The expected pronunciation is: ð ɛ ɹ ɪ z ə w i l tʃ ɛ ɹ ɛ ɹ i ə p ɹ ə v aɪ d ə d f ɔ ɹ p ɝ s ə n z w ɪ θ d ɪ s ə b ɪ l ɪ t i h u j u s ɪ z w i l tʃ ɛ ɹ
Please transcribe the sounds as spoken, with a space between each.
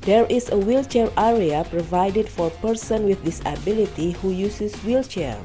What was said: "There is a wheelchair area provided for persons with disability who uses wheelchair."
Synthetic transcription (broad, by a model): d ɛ ɹ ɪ s ə w i l tʃ ɛ ɹ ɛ ɹ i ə p ɹ ə v aɪ d ə d f ɔ ɹ p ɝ s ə n w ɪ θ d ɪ s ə b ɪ l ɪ t i h u j u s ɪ s w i l tʃ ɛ ɹ